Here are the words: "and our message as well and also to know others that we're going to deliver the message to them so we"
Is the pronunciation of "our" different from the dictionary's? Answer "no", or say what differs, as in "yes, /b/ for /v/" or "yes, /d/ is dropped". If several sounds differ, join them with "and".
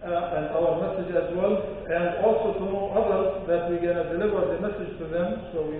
yes, /l/ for /ɹ/